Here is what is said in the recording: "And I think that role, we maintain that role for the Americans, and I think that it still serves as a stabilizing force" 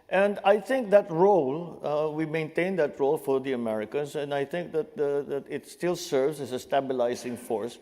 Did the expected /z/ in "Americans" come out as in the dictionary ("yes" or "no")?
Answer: no